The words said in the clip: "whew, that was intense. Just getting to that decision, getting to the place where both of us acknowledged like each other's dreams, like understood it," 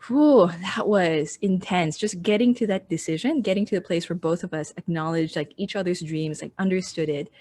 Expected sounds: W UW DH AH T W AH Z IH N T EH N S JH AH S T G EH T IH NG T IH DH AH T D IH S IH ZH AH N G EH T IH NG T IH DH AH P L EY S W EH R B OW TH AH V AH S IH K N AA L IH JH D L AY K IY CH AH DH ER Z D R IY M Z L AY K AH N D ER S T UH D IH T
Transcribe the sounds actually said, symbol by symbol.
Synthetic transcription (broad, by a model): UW DH AH T W AH Z IH N T EH N S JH AH S G EH T IH NG T IH DH AH T D IH S IH ZH AH N G EH T IH NG T IH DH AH P L EY S W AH R B OW TH AH V AH S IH K N AA L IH JH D L AY K IY CH AH DH ER Z D R IY M Z L AY K AH N D ER S T UH D IH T